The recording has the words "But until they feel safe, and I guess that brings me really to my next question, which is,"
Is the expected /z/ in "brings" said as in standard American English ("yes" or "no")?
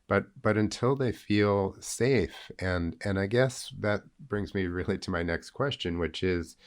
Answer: yes